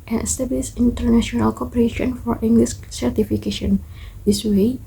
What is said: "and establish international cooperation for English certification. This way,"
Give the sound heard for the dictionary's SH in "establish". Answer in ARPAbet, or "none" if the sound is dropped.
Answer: S